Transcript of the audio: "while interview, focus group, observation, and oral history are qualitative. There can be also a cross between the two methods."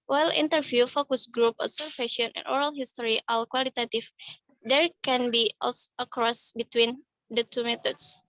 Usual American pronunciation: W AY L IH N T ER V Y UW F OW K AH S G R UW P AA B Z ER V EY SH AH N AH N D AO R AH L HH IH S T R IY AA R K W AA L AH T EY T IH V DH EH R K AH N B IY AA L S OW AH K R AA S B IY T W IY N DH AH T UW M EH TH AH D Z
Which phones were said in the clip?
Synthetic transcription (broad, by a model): W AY L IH N T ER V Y UW F OW K AH S G R UW P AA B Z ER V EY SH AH N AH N AO R AH L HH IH S T R IY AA L K W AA L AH T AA T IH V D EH R K AH N B IY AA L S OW AH K R AA S B IY T W IY N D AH T UW M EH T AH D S